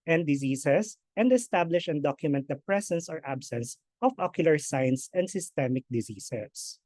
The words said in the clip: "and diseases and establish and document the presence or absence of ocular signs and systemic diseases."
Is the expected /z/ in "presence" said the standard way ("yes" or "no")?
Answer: no